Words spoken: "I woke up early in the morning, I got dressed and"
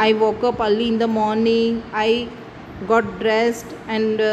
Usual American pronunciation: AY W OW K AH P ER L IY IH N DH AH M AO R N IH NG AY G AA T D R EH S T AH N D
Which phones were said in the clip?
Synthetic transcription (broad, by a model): AY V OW K AH P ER L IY IH N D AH M AO R N IH NG AY G AA T D R EH S T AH N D